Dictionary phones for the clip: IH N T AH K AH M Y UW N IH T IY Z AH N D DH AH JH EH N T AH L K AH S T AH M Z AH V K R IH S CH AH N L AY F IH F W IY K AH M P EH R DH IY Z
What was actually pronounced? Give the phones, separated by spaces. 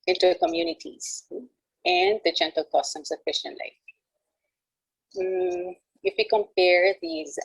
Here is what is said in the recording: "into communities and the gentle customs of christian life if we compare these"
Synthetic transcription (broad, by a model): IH N T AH K AH M Y UW N IH T IY Z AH N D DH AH JH EH N T AH L K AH S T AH M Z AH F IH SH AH N L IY IH F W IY K AH M P EH R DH IY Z